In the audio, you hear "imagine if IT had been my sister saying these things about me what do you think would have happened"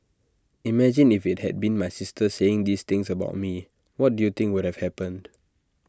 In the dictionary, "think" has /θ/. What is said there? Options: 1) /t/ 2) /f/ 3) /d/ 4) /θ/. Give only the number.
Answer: 1